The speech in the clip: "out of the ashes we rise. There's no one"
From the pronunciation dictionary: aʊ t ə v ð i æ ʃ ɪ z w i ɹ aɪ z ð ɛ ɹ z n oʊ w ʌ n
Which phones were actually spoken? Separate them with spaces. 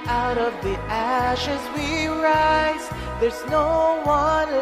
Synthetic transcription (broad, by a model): aʊ t ə v ð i æ ʃ ɪ z w i ɹ aɪ z ð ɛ ɹ z n oʊ w ʌ n